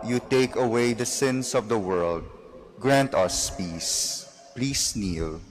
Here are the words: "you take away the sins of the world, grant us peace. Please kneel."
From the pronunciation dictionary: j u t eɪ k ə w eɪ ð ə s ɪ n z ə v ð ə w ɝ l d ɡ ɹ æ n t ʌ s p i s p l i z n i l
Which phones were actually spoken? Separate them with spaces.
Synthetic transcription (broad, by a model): j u t eɪ k ə w eɪ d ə s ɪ n s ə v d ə w ɝ l d ɡ ɹ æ n t ʌ s p i s p l i s n i l